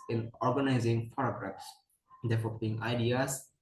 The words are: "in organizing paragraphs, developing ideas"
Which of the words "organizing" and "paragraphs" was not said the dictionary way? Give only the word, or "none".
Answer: paragraphs